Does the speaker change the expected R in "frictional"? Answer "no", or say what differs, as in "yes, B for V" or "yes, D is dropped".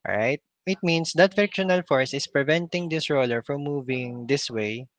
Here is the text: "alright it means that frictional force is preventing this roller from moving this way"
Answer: yes, R is dropped